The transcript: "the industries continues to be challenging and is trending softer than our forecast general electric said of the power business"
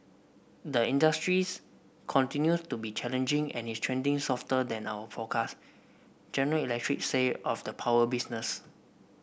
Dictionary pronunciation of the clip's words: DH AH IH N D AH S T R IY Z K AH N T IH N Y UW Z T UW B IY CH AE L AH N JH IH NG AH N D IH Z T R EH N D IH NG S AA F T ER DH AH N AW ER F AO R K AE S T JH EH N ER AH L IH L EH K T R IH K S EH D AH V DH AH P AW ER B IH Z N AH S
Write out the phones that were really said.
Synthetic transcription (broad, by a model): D AH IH N D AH S T R IY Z K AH N T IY N Y UW S T UW B IY CH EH L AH N JH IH NG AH N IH S T R EH N D IH NG S AA F T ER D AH N AW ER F AO K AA S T JH EH N ER AH L IH L EH K T R IH K S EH AH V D AH P AW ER B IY S N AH S